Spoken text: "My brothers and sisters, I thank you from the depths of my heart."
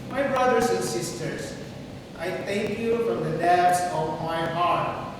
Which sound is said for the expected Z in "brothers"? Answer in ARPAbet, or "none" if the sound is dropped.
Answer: S